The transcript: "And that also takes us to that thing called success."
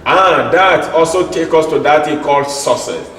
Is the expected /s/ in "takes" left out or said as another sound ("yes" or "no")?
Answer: yes